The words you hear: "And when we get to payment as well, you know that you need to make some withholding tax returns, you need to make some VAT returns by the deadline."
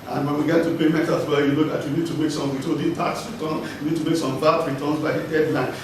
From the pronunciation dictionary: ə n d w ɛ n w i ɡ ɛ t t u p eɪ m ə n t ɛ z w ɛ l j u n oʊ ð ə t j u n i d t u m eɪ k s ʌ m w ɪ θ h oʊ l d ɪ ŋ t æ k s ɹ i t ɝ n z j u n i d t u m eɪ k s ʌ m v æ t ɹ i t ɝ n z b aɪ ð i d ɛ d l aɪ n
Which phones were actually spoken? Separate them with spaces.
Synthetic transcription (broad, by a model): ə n w ɛ n w i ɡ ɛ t t u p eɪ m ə t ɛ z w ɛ j u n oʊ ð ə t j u n i d t u m eɪ k s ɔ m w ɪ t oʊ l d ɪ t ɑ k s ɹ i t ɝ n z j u n i d t u m eɪ k s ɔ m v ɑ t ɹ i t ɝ n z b aɪ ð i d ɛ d l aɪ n